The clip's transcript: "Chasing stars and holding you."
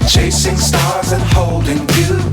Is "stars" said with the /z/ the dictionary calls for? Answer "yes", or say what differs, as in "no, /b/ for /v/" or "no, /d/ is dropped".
yes